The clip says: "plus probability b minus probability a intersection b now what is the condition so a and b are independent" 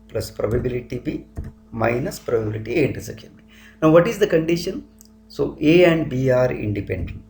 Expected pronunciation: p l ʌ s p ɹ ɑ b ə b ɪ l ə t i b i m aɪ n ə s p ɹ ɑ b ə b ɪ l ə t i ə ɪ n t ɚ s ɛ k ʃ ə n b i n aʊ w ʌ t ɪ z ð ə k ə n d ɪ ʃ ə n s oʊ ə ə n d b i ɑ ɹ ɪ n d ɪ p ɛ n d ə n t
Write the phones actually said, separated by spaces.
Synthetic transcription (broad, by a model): p l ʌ s p ɹ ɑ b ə b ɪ l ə t i b i m aɪ n ə s p ɹ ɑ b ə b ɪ l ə t i ə n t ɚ s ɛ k ə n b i n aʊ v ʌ t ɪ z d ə k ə n d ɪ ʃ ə n s oʊ ə ə n d b i ɑ ɹ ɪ n d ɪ p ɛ n d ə n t